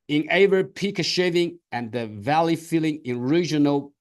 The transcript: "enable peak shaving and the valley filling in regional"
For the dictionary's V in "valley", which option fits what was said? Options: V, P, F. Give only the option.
V